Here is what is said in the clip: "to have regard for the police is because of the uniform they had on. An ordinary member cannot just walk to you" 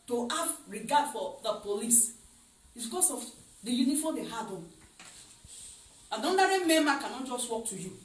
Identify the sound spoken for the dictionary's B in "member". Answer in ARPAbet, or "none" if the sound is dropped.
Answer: none